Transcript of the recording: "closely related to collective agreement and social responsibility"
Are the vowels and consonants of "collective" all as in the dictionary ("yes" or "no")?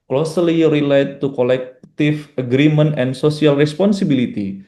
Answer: no